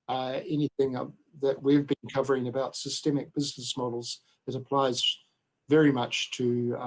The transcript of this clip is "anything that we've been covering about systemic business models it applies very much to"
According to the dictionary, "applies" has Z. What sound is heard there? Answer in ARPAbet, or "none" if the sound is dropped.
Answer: Z